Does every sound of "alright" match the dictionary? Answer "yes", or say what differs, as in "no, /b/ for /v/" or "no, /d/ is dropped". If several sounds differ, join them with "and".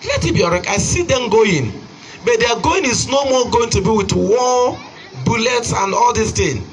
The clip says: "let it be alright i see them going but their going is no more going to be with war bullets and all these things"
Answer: no, /l/ is dropped